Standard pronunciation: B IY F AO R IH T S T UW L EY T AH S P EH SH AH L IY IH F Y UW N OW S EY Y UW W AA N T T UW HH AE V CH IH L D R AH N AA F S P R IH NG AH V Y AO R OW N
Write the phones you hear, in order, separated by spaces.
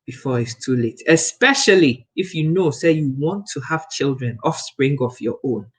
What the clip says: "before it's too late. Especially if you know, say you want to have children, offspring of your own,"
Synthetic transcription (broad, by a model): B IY F AO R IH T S T UW L EY T AH S P EH SH AH L IY IH F Y UW N OW S EY Y UW W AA N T T UW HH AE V CH IH L D R AH N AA F S P R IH NG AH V Y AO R OW N